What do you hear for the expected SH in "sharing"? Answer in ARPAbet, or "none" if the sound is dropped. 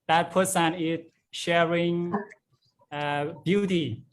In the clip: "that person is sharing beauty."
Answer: SH